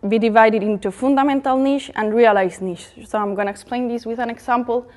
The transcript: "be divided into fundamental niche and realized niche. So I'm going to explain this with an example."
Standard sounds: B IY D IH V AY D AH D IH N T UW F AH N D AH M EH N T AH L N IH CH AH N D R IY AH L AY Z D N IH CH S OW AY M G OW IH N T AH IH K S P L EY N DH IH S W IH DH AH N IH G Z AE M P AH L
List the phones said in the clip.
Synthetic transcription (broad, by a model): B IY D IH V AY D AH D IH N T UW F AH N D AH M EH N T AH L N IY SH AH N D R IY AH L AY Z N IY SH S OW AY M G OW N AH IH K S P L EY N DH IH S W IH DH AH N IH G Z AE M P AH L